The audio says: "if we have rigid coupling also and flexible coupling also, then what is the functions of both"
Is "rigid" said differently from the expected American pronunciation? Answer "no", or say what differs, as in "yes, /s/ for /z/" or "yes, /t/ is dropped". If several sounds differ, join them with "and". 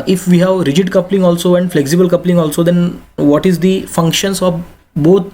no